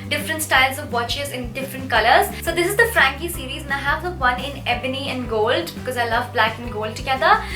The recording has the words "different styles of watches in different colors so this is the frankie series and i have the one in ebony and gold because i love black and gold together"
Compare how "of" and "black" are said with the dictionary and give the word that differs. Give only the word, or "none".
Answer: none